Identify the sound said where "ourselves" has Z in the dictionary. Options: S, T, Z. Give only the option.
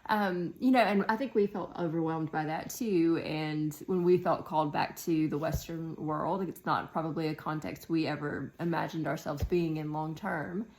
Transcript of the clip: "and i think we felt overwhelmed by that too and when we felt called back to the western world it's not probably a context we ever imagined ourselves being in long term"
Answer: Z